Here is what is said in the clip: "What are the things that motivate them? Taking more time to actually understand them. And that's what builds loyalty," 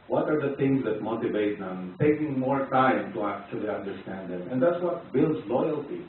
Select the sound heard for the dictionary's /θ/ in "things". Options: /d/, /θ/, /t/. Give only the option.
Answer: /t/